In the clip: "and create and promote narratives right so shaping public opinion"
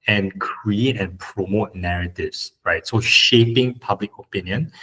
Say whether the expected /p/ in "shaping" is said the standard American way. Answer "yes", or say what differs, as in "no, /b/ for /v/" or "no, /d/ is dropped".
yes